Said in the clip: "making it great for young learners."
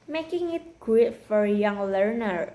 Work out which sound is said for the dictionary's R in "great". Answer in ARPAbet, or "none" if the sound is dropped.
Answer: W